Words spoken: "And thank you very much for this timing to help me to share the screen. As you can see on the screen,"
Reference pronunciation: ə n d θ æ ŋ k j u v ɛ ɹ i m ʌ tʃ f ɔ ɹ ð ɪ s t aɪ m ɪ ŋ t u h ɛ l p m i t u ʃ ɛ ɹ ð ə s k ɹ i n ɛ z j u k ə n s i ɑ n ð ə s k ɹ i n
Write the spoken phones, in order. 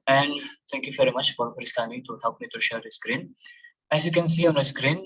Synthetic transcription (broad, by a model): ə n d t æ ŋ k j u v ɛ ɹ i m ʌ tʃ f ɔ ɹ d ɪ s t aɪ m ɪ t u h ɛ l p m i t u ʃ ɛ ɹ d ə s k ɹ i n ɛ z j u k ə n s i ɑ n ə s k ɹ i n